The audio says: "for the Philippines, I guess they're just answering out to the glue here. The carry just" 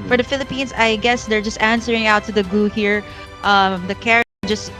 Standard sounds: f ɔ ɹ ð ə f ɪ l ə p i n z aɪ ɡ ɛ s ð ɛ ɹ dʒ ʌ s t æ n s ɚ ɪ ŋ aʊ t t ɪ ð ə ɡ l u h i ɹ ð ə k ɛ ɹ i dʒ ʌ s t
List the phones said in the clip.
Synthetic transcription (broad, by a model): f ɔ ɹ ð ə f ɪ l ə p i n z aɪ ɡ ɛ s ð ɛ ɹ dʒ ʌ s t æ n s ɚ ɪ ŋ aʊ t t ɪ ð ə ɡ u h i ɹ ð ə k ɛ ɹ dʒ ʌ s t